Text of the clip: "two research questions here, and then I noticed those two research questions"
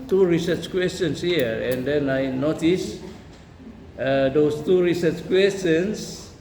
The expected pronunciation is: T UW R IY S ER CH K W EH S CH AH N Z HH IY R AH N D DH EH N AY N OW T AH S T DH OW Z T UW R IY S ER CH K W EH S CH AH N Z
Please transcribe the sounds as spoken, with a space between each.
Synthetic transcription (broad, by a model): T UW R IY S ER CH K W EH S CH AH N S HH IY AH AH N D EH N AY N OW T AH S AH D OW S T UW R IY S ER CH K W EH S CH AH N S